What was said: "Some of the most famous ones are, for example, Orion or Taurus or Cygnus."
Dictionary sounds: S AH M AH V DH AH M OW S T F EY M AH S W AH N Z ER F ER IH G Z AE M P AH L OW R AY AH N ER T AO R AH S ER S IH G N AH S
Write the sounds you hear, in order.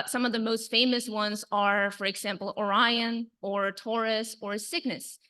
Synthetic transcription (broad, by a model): S AH M AH V DH AH M OW S T F EY M AH S W AH N Z ER F ER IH G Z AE M P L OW R AY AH N ER T AO R AH S ER S IH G N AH S